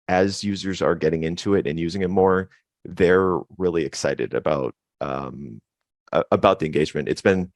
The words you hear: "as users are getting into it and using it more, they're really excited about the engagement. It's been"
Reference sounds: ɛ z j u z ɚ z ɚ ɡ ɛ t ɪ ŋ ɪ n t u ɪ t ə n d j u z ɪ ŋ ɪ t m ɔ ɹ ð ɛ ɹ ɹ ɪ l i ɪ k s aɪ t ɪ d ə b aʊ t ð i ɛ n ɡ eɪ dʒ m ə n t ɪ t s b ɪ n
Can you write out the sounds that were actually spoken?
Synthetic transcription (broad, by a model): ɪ z j u z ɚ z ɚ ɡ ɛ t ɪ ŋ ɪ n t u ɪ t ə n j u z ɪ ŋ ɪ t m ɔ ɹ ð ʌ ɹ ɹ ɪ l i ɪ k s aɪ t ɪ d ə b aʊ t ð i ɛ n ɡ eɪ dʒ m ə n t ɪ t s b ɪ n